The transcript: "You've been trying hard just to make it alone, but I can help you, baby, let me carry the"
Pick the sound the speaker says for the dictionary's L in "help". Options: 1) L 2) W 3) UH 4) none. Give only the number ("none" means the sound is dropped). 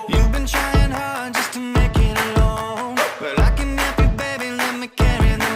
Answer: 4